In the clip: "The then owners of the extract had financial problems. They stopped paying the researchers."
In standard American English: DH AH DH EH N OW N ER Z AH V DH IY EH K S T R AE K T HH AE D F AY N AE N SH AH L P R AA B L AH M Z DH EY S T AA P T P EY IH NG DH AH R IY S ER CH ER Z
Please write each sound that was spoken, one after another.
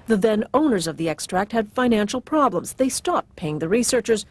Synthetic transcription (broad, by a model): DH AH DH EH N OW N ER Z AH V DH IY EH K S T R AE K T HH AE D F AY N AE N SH L P R AA B L AH M Z DH EY S T AA P T P EY IH NG DH AH R IY S ER CH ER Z